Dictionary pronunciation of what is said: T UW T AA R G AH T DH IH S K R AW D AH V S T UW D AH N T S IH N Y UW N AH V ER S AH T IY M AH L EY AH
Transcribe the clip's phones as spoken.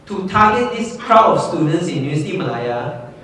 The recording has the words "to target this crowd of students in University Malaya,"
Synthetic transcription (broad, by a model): T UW T AA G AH T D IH S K R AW AH F S T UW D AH N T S IH N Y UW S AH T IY M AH L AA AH